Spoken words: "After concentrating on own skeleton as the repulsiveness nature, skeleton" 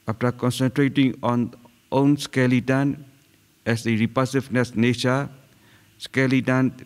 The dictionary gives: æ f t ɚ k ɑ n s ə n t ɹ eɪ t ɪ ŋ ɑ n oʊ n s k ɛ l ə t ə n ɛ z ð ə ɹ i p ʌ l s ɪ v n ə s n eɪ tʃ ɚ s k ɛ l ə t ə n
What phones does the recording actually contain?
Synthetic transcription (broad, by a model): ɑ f t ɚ k ɑ n s ə n t ɹ eɪ t ɪ ŋ ɑ n oʊ n s k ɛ l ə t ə n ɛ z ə ɹ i p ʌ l s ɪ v n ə s n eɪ ʃ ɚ s k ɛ l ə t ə n